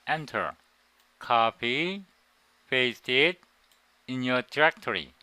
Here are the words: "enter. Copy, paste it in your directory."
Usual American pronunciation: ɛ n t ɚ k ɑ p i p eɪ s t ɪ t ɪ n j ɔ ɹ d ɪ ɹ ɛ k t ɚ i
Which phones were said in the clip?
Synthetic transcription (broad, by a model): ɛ n t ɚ k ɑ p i f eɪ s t ɪ t ɪ n j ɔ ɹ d ɹ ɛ k t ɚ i